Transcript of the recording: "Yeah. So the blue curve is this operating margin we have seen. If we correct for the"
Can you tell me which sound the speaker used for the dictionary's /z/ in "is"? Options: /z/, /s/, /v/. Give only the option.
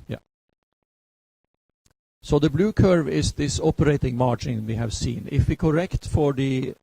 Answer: /s/